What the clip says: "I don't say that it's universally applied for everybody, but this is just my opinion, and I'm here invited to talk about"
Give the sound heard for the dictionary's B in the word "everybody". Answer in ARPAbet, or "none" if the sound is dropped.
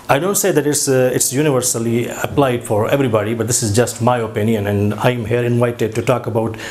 B